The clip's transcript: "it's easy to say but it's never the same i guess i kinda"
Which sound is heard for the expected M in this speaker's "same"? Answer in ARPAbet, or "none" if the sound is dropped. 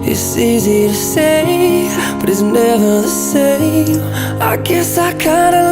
none